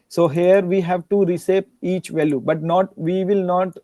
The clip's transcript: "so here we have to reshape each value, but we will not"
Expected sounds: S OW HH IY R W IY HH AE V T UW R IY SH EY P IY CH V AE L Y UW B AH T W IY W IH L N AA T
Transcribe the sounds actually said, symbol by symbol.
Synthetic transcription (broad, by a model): S OW HH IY R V IY HH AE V T UW R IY S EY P IY CH V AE L Y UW B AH T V IY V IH L N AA T